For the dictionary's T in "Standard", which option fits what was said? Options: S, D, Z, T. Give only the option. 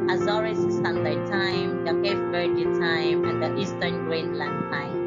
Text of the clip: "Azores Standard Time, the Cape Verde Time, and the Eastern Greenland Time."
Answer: S